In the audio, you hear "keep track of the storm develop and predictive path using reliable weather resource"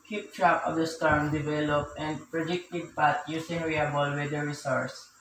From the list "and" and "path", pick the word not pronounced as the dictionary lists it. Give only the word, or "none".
path